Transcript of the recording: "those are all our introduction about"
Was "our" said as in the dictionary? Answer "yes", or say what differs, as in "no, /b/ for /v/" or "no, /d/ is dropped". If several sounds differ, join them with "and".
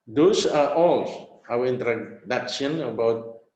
no, /w/ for /ɹ/